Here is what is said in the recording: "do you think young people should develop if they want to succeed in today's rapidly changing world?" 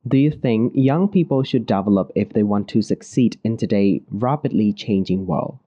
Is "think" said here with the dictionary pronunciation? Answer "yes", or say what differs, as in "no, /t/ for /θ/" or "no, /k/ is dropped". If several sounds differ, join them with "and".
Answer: yes